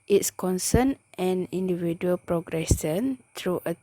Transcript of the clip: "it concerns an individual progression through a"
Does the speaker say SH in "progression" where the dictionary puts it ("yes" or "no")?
no